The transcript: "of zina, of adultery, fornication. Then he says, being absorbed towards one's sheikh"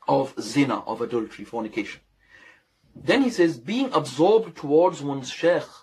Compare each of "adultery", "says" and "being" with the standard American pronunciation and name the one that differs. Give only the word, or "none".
none